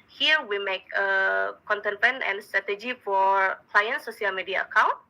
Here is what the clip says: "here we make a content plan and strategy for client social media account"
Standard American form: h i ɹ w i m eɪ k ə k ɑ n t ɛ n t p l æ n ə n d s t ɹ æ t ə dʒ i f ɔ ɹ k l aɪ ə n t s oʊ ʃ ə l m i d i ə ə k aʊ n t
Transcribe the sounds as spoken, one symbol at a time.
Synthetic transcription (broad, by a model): h i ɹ w i m eɪ k ə k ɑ n t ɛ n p ɛ n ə n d s t ɹ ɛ t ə dʒ i f ɔ ɹ k l aɪ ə n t s oʊ s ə l m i d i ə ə k aʊ n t